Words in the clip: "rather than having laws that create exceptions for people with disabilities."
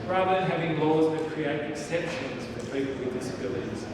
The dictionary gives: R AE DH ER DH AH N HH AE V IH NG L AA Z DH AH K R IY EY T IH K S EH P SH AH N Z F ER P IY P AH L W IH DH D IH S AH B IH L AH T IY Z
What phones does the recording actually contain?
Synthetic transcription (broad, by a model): R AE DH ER DH AH N HH AE V IH NG L AA Z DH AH K R IY EY T IH K S EH P SH AH N Z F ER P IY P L W IH DH D IH S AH B IH L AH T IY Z